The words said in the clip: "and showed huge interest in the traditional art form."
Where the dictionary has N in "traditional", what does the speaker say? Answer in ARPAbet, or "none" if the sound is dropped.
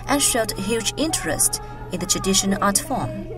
none